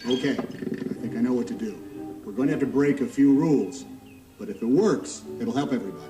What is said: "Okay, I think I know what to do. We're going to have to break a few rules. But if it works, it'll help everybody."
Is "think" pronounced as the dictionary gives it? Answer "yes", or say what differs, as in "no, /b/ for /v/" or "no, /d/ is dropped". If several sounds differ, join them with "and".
yes